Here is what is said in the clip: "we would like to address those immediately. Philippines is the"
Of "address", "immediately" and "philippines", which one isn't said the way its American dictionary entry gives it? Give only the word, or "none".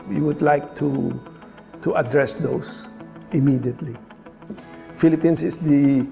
philippines